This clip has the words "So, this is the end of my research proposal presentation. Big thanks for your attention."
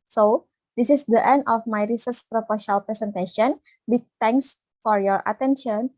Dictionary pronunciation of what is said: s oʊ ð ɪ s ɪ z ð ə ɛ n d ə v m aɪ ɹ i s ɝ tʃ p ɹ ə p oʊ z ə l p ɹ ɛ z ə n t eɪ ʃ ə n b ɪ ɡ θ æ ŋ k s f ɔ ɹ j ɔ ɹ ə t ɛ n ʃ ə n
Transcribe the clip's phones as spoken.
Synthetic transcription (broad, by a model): s oʊ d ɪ s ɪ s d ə ɛ n d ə f m aɪ ɹ i s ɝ s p ɹ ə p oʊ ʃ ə l p ɹ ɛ s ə n t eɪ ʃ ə n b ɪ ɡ t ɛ ŋ k s f ɔ ɹ j ɔ ɹ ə t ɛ n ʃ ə n